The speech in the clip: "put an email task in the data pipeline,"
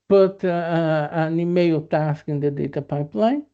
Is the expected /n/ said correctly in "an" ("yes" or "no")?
yes